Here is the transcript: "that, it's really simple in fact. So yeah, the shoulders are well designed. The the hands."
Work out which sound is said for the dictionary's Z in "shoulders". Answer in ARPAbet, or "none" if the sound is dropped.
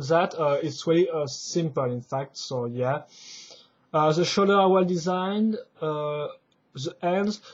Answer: none